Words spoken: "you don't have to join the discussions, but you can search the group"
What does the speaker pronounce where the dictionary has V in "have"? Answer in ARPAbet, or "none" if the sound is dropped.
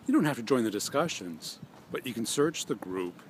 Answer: F